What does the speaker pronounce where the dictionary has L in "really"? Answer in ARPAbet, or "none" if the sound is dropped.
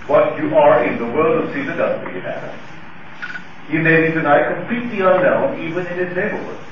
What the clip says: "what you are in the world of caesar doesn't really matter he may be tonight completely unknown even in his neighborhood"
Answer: none